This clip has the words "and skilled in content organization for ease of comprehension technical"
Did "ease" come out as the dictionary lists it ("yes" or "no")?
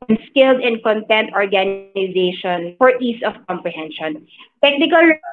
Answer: no